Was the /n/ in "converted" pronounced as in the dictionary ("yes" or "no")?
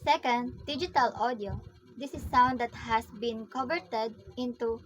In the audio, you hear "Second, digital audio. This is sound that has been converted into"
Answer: no